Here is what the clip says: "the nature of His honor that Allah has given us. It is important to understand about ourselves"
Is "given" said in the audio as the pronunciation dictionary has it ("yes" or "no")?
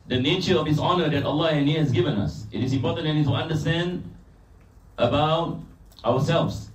yes